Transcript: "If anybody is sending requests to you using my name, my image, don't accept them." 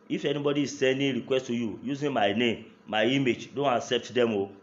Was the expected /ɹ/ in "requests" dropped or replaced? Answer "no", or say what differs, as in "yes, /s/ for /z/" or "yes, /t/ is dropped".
no